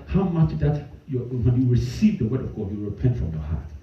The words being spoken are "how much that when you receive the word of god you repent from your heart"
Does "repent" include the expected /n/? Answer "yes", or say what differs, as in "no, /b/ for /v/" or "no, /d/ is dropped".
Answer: yes